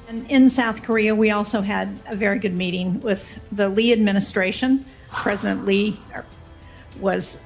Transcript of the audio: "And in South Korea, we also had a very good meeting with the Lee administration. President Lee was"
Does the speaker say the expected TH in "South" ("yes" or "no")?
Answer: yes